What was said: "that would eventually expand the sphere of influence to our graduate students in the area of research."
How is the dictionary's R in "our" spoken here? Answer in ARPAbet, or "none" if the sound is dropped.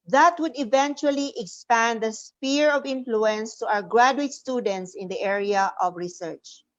W